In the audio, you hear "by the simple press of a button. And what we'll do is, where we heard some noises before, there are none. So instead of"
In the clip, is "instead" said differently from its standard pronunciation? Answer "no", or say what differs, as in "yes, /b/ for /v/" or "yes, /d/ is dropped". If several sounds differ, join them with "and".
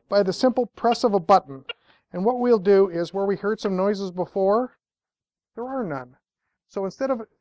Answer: no